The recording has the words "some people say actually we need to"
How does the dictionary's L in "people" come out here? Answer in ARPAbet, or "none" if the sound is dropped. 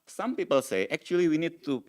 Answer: L